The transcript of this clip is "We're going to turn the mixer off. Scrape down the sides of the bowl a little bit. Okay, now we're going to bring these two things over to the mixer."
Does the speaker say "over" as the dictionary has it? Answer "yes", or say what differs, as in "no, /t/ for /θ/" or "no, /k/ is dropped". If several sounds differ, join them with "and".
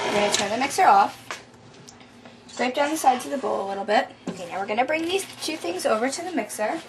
yes